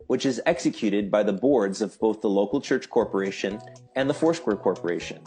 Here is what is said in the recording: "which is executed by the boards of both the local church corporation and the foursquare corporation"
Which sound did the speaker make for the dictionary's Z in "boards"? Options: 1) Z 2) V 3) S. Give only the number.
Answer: 1